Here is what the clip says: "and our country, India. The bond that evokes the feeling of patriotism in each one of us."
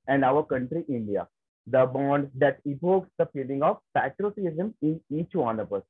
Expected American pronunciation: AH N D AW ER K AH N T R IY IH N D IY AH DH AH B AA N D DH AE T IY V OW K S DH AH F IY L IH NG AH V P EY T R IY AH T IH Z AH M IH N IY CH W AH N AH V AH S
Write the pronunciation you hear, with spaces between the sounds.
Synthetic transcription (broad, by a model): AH N D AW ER K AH N T R IY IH N D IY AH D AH B AA N D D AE T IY P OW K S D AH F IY L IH NG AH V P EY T R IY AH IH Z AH M IH N IY CH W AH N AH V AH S